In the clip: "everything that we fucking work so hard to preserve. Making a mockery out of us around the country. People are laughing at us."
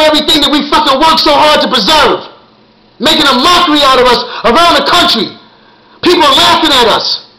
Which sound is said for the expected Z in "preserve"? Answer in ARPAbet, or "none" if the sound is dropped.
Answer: Z